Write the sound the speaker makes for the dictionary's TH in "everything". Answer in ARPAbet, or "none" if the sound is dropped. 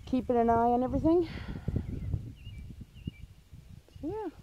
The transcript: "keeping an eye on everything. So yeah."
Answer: TH